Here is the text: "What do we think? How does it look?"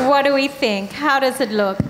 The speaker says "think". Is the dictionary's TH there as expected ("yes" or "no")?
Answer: yes